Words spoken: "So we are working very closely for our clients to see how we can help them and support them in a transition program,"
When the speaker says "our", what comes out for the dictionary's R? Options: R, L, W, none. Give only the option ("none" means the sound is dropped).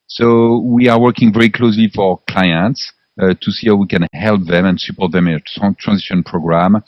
R